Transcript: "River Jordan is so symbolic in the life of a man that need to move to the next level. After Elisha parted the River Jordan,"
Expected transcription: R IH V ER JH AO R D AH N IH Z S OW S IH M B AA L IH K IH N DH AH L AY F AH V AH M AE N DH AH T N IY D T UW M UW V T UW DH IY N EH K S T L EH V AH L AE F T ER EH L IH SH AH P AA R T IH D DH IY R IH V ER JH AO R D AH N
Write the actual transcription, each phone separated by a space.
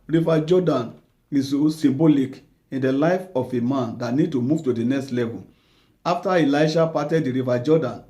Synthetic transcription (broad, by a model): R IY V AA JH AO D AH N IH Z S OW S IH M B AA L IH K IH N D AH L AY F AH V AH M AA N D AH T N IY D T UW M UW V T UW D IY N EH K S T L EH V AH L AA F T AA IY L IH SH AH P AA T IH D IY R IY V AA JH AO D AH N